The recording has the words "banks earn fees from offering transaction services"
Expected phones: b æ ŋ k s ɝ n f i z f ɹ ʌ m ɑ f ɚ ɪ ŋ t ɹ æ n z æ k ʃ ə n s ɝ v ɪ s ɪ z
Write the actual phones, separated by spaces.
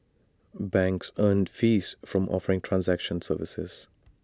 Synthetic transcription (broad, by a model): b æ ŋ k s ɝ n f i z f ɹ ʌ m ɑ f ɚ ɪ ŋ t ɹ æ n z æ k ʃ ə n s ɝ v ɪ s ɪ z